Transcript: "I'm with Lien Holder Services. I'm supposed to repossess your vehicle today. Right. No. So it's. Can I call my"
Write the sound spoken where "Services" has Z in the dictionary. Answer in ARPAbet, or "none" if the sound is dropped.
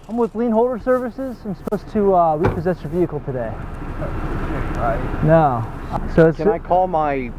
Z